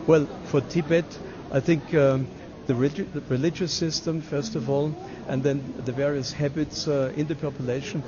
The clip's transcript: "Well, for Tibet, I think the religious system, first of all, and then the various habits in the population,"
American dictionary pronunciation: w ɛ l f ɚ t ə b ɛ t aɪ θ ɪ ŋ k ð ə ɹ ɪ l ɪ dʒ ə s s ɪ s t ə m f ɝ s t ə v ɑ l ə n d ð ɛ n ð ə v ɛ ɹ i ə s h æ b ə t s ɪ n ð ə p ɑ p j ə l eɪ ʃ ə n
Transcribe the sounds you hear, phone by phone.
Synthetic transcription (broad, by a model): w ɛ l f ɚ t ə b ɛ t aɪ θ ɪ ŋ k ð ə ɹ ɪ l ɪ dʒ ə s s ɪ s t ə m f ɝ s t ə v ɑ l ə n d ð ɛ n ð ə v ɛ ɹ i ə s h æ b ə t s ɪ n ð ə p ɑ p j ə l eɪ ʃ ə n